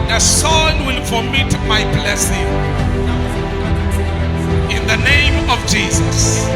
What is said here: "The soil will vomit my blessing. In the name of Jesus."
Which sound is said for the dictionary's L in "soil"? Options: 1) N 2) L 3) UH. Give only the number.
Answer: 1